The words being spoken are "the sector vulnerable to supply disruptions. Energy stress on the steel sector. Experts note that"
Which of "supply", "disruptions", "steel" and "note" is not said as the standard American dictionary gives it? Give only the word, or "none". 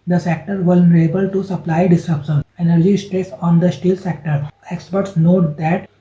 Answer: disruptions